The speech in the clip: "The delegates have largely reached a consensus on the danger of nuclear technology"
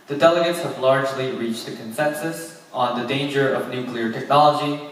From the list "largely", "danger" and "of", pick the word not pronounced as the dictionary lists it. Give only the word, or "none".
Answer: none